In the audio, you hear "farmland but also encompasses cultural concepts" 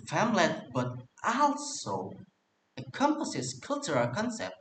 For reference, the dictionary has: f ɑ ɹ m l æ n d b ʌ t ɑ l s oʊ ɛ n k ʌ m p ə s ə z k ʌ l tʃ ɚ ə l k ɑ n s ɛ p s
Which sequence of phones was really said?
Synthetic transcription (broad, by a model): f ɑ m l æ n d b ʌ t ɑ l s oʊ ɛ k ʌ m p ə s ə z k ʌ l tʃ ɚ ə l k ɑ n s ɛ p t